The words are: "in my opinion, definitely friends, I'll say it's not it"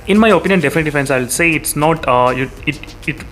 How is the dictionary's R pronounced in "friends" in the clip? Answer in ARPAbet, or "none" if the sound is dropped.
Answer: none